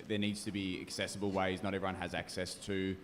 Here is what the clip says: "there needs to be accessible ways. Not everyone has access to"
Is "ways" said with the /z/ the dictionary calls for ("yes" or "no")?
yes